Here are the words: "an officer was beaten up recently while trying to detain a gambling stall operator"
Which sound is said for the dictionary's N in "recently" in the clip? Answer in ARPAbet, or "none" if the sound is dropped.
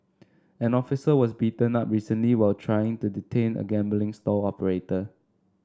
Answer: N